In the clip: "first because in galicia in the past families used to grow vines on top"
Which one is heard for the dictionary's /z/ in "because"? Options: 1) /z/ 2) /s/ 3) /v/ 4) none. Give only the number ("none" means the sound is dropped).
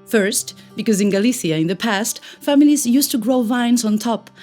1